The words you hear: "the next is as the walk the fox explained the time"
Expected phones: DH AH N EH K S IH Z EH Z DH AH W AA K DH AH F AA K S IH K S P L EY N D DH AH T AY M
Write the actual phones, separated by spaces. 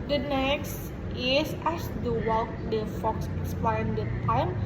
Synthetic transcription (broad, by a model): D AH N EH K S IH S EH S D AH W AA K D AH F AA K S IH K S P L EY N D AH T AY M